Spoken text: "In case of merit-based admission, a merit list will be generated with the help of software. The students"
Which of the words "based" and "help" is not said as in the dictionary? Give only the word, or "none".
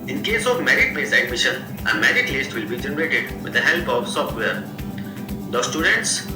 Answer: based